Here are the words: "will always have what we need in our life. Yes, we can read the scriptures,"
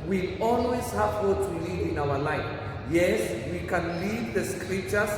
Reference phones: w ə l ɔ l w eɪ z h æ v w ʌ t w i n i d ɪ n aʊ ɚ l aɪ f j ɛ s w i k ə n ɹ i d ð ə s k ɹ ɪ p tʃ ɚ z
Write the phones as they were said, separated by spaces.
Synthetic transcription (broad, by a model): w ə ɔ l w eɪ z h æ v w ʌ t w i l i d ɪ n aʊ ɚ l aɪ f j ɛ s w i k ə n l i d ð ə s k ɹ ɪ p tʃ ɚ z